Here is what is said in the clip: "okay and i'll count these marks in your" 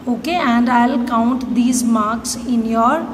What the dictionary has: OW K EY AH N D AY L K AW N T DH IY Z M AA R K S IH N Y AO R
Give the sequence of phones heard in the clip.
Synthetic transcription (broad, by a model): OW K EY AH N D AY L K AW N T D IY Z M AA R K S IH N Y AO R